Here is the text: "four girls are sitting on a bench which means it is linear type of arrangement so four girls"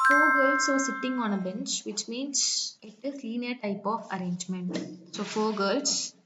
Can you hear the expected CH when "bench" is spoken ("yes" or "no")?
yes